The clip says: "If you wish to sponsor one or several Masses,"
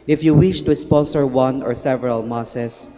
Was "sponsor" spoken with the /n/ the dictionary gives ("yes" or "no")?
no